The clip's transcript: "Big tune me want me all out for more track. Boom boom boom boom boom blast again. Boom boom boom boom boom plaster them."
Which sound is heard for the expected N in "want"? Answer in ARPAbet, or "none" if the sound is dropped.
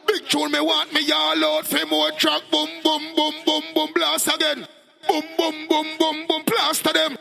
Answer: none